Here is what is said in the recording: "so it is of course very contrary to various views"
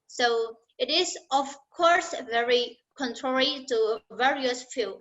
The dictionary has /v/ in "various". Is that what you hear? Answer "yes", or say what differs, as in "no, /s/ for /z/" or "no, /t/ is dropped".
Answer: yes